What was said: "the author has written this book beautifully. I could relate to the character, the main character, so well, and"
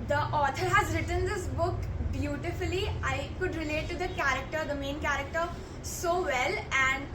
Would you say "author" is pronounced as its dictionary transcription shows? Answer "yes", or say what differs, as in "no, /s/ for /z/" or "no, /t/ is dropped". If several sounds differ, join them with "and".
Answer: no, /t/ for /θ/